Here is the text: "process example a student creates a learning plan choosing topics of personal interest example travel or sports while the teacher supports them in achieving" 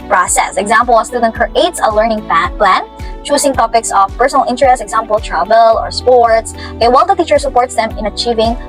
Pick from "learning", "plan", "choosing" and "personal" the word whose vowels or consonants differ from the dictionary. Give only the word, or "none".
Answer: choosing